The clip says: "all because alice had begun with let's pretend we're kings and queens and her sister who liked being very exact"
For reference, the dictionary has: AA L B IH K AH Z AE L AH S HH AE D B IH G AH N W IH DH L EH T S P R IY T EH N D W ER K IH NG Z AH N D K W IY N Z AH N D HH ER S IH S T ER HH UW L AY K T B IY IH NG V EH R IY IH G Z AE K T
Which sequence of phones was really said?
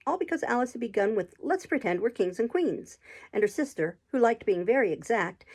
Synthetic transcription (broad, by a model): AA L B IH K AH Z AE L AH S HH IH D B IH G AH N W IH DH L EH T S P R IY T EH N D W ER K IH NG Z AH N K W IY N Z AH N D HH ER S IH S T ER HH UW L AY K T B IY IH NG V EH R IY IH G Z AE K T